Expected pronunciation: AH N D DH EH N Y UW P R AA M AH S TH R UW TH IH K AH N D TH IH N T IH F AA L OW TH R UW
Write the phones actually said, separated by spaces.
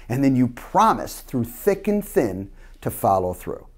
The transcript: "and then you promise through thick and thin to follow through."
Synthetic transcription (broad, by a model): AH N DH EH N Y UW P R AA M AH S TH R UW TH IH K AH N TH IH N T IH F AA L OW TH R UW